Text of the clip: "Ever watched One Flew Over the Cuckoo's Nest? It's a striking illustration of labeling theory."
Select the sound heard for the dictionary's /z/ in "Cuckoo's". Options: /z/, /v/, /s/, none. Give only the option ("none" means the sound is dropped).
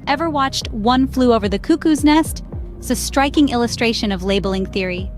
/z/